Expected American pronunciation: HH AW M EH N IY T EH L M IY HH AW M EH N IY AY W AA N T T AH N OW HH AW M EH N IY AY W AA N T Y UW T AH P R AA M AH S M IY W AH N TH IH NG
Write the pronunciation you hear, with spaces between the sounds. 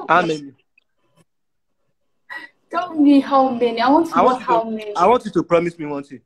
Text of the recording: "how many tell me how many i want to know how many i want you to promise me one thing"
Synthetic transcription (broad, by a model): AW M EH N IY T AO N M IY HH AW M EH N IY AY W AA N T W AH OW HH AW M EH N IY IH W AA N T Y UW T AH P R AA M AH S M IY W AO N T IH